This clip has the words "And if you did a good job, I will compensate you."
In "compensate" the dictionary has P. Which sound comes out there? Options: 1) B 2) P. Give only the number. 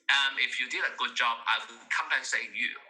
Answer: 1